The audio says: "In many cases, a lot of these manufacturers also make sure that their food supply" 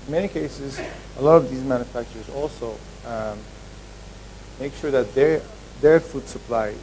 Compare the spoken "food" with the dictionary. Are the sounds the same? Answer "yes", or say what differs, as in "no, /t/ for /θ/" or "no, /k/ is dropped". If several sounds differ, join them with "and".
yes